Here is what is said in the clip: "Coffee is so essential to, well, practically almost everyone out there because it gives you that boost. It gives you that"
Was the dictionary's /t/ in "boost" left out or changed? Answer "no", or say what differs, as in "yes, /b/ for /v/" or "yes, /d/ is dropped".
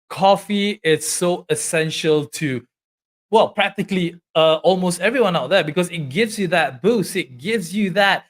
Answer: yes, /t/ is dropped